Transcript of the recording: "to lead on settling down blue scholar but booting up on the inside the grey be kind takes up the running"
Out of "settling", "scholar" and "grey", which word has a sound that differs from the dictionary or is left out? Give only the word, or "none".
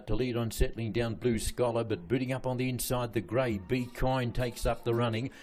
none